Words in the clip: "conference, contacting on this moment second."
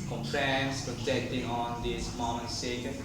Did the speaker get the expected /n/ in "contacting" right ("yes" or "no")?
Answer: no